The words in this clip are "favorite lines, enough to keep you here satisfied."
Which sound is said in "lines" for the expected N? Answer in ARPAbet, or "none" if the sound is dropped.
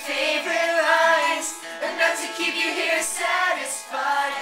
none